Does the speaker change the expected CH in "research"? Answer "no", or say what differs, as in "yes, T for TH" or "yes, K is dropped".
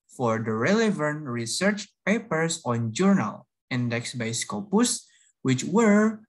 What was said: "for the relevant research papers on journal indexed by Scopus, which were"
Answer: no